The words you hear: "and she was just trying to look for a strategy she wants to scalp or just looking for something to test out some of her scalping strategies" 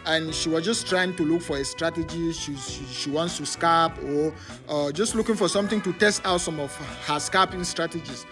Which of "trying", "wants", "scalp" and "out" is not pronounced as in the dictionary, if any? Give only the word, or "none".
scalp